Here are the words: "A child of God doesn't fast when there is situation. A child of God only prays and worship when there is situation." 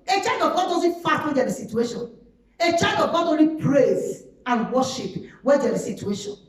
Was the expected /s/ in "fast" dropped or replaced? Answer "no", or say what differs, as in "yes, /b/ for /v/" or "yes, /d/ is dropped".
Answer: yes, /s/ is dropped